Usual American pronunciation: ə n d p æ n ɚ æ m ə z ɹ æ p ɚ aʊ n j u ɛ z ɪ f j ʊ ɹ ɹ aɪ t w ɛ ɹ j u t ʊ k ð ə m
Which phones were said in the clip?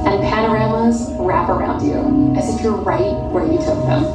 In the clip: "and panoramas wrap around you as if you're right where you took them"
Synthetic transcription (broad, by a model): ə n p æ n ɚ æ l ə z ɹ æ p ɚ aʊ n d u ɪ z ɪ f j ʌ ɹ ɹ aɪ t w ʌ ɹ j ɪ t ʊ k ð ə m